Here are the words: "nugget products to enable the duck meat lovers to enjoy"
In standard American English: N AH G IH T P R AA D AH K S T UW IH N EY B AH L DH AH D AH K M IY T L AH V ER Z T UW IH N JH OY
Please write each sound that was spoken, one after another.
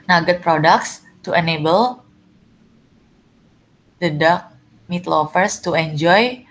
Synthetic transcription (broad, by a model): N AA G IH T P R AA D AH K S T UW IH N EY B AH L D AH D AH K M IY T L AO F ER S T UW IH N JH OY